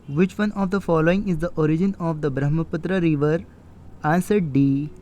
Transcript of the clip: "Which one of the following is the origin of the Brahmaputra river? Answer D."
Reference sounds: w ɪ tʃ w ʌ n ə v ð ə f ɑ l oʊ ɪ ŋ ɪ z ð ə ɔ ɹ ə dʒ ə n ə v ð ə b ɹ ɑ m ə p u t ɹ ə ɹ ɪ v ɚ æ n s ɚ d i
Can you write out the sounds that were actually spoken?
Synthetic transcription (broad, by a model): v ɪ tʃ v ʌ n ə v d ə f ɑ l oʊ ɪ ŋ ɪ z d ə ɔ ɹ ə dʒ ə n ə v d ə b ɹ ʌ m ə p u t ɹ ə ɹ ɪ v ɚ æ n s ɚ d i